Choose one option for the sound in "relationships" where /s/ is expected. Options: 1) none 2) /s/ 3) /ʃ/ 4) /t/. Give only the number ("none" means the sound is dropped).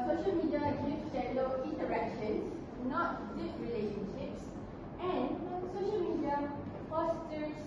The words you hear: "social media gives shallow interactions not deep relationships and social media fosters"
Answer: 2